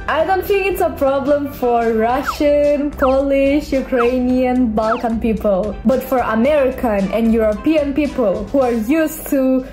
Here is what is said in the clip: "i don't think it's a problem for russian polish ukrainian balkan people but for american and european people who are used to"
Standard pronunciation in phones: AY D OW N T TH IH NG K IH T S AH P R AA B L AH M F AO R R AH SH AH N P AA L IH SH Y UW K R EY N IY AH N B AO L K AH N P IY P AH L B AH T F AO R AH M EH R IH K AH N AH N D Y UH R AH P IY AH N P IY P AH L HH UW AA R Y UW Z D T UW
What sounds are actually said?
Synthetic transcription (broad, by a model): AY D OW N T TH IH NG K IH T S AH P R AA B L AH M F AO R R AH SH AH N P AA L IH SH Y UW K R EY N IY AH N B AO L K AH N P IY P AH L B AH T F AO R AH M EH R IH K AH N AH N D Y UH R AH P IY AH N P IY P AH L HH UW AA R Y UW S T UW